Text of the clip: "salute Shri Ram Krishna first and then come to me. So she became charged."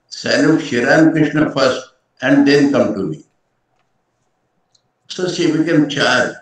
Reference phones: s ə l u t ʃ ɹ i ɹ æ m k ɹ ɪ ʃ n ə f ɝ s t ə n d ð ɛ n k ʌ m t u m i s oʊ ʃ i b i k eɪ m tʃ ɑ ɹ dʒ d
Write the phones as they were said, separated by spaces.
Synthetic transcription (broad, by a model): s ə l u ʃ i ɹ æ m k ɹ ɪ ʃ n ə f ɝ s t ə n d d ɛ n k ʌ m t u m i s oʊ s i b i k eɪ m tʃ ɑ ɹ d